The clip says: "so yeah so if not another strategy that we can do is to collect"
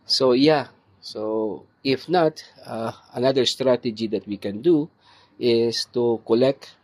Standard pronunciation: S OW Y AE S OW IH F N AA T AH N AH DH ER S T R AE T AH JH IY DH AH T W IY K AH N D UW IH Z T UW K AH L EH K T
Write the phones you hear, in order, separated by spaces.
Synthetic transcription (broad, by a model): S OW Y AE S OW IH F N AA T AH N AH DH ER S T R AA T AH JH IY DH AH T W IY K AH N D UW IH S T UW K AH L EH K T